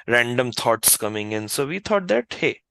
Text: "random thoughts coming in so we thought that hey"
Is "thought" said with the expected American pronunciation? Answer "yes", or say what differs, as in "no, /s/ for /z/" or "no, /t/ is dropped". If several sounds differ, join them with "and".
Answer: no, /t/ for /θ/